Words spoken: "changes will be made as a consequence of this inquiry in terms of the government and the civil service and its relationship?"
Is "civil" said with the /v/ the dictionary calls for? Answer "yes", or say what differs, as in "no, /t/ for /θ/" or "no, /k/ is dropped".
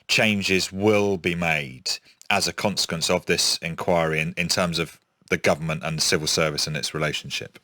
yes